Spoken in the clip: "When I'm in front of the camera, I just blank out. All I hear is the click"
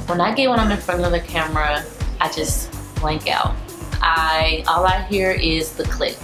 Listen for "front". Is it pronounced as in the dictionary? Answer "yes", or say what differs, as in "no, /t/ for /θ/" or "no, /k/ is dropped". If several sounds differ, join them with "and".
no, /t/ is dropped